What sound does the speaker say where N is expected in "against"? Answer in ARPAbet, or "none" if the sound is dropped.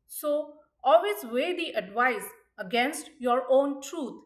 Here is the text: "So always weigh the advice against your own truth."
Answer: N